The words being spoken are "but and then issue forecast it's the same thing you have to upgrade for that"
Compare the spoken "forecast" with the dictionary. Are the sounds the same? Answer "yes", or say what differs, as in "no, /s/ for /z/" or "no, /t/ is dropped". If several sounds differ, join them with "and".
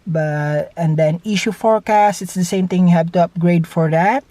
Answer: yes